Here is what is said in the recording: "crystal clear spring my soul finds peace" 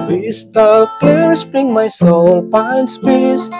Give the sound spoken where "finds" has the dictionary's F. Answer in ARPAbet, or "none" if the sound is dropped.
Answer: P